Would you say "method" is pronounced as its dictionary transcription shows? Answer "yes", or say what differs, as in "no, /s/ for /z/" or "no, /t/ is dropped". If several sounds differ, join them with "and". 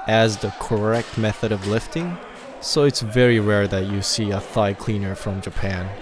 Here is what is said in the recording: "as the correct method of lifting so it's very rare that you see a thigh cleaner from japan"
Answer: yes